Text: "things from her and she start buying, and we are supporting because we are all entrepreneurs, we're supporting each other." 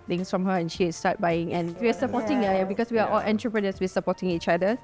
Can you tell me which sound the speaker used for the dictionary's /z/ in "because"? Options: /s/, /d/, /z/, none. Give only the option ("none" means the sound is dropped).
/s/